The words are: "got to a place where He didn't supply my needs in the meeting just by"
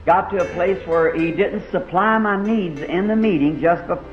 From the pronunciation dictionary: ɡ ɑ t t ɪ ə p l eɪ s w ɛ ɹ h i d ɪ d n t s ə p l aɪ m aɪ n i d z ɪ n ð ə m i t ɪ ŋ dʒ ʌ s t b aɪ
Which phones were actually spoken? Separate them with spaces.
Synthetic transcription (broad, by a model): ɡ ɑ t t ɪ ə p l eɪ s w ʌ ɹ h i d ɪ d n t s ə p l aɪ m aɪ n i d z ɪ n ð ə m i t ɪ ŋ dʒ ʌ s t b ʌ